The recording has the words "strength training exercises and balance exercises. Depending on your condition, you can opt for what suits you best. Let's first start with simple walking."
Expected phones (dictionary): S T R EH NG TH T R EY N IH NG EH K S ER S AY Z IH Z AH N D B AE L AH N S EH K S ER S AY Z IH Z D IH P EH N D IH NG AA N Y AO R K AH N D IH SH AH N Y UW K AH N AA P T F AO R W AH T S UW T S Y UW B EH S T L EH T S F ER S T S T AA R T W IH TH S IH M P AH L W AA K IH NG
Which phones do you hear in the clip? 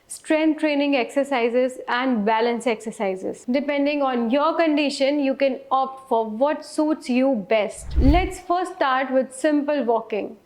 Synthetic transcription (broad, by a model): S T R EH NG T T R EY N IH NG EH K S ER S AY Z IH Z AH N D B AE L AH N S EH K S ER S AY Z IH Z D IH P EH N D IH NG AA N Y AO R K AH N D IH SH AH N Y UW K AH N AA P T F AO R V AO T S UW T S Y UW B EH S T L EH T S F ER T S T AA R T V IH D S IH M P AH L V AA K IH NG